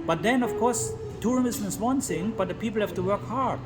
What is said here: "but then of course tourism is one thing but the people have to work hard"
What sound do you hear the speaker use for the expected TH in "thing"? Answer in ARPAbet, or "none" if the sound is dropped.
S